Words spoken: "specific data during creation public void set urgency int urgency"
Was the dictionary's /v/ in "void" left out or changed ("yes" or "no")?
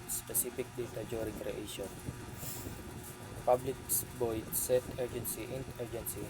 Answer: yes